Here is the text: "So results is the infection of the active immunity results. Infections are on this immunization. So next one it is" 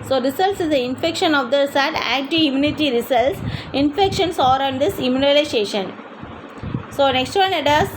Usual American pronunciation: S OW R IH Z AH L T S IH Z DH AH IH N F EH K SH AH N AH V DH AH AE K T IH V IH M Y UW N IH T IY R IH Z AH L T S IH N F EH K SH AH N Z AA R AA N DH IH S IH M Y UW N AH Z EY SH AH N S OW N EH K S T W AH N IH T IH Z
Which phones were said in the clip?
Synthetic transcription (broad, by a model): S OW R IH S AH L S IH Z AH IH N F EH K SH AH N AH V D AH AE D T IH IH M Y UW N IH T IY R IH S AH L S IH N F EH K SH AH N S AA R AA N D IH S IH M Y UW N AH S EY SH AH N S OW N EH K S T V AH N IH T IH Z